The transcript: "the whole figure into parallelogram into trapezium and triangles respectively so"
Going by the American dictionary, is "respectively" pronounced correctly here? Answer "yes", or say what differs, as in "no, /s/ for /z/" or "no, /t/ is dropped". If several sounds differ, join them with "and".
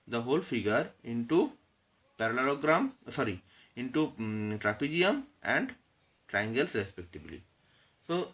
no, /b/ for /v/